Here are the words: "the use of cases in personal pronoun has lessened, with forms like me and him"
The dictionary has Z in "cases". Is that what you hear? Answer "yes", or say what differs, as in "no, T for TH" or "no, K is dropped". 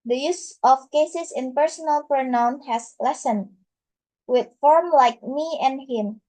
no, S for Z